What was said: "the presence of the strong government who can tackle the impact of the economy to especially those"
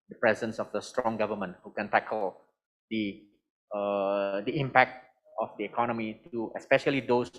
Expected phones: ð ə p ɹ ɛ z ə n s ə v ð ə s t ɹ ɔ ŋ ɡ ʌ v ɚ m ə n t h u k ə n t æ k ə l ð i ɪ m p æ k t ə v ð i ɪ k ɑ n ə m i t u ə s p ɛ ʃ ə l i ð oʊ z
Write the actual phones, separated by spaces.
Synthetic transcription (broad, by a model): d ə p ɹ ɛ z ə n s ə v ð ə s t ɹ ɔ ŋ ɡ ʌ v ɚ m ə n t h u k ə n t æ k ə l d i ɪ m p æ k t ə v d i ɪ k ɑ n ə m i t u ə s p ɛ ʃ ə l i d oʊ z